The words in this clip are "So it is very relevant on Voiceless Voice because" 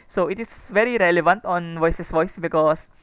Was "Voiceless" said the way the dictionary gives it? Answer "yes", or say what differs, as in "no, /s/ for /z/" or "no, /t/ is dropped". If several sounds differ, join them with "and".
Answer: no, /l/ is dropped